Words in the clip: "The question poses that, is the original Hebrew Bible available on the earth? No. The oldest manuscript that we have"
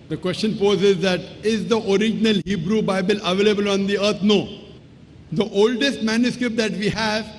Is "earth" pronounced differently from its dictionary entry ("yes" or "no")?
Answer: yes